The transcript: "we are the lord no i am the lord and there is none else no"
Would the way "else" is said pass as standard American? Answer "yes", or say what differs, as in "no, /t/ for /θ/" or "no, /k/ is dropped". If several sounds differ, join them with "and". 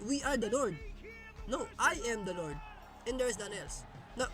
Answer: yes